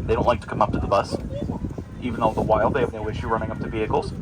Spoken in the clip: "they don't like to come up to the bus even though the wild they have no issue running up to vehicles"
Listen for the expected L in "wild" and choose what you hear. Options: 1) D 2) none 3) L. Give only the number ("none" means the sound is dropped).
3